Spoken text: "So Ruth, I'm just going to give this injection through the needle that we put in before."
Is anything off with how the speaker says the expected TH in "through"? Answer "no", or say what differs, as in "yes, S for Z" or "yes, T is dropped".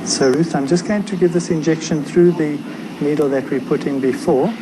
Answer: no